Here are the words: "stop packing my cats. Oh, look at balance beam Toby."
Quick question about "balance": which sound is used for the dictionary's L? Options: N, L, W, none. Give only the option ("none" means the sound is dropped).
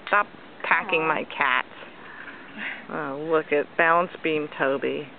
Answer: none